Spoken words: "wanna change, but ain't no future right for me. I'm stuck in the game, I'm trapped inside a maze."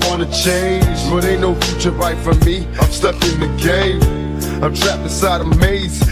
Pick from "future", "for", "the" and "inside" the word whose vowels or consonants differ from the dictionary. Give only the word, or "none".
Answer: inside